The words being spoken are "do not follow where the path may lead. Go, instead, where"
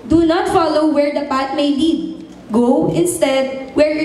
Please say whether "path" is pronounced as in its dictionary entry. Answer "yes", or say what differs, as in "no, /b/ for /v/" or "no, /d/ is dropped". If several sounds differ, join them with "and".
no, /t/ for /θ/